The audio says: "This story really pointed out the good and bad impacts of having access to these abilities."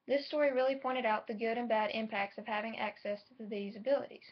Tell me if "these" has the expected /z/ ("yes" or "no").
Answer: yes